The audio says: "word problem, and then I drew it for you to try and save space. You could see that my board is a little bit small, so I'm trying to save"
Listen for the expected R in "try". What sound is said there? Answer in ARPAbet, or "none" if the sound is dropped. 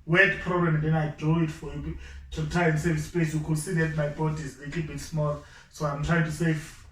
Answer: none